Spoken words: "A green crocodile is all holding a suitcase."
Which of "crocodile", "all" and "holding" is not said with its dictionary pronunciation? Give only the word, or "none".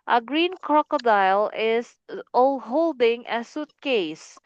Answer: none